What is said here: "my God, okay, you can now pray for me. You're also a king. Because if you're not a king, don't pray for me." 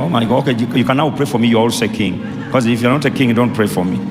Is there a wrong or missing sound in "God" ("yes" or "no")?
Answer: yes